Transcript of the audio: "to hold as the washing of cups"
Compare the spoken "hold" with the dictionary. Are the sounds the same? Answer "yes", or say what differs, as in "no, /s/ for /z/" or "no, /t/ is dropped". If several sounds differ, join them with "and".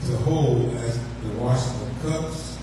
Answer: no, /d/ is dropped